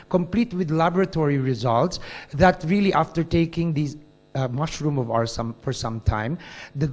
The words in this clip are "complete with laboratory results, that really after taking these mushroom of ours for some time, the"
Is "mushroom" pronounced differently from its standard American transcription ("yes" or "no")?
no